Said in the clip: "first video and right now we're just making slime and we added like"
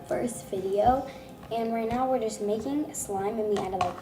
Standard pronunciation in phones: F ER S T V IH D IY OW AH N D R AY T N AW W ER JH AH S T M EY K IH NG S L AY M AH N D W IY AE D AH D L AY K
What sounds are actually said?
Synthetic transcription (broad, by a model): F ER S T V IH D IY OW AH N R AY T N AW W ER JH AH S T M EY K IH NG S L AY M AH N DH IY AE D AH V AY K